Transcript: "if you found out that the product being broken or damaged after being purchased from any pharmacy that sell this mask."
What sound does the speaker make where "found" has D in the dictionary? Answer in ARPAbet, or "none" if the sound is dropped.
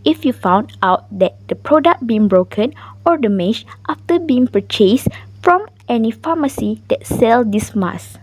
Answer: D